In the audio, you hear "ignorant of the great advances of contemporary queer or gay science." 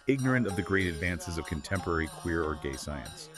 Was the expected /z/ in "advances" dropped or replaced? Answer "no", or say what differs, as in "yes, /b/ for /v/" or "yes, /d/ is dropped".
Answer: no